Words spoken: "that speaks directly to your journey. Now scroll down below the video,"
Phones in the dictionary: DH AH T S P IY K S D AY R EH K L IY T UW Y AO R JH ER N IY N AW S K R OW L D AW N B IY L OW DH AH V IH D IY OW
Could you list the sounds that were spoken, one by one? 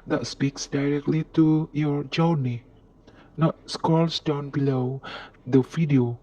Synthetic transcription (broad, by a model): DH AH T S P IY K S D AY R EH K L IY T UW Y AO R JH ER N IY N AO S K OW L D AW N B IY L OW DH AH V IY D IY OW